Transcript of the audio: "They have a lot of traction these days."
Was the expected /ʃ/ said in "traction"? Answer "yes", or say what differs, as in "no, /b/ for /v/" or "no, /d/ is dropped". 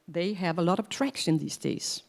no, /s/ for /ʃ/